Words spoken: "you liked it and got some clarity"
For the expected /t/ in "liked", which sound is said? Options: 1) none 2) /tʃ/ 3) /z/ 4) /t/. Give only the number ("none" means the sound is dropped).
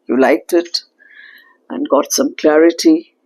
4